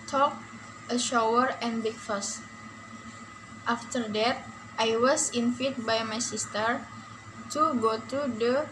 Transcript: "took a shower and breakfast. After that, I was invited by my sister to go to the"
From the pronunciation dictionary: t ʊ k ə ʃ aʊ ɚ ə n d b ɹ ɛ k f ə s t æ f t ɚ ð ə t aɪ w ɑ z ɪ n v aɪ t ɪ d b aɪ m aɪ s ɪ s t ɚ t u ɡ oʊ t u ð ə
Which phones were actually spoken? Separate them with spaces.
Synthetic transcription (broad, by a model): t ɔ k ə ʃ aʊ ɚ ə n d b ɛ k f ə s t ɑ f t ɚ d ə t aɪ w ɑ s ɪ n f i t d b aɪ m aɪ s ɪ s t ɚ t u ɡ oʊ t u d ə